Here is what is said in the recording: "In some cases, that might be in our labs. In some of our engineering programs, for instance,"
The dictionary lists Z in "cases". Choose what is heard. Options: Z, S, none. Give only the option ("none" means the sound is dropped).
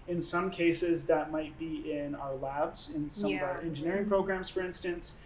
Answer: Z